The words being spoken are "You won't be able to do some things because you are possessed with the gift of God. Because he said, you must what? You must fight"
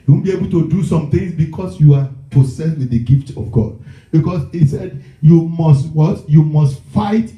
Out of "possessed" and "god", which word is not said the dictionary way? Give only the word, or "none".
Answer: possessed